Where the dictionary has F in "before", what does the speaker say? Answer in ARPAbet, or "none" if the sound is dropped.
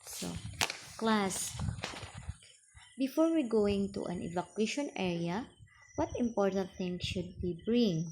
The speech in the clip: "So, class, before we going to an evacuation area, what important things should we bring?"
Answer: F